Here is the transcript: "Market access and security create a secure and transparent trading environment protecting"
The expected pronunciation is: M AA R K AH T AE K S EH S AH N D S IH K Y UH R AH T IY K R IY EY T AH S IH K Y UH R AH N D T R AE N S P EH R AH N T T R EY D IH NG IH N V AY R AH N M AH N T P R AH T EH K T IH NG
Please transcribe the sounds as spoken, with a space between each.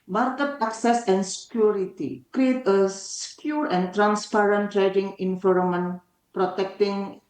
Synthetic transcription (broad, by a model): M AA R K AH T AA K S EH S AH N S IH K Y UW R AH T IY K R IY EY T AH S K Y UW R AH N T R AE N S P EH R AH N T T R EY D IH NG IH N F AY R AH M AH N P R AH T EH K T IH NG